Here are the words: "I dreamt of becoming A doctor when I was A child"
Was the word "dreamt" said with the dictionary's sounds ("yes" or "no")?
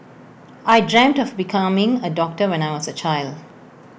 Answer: yes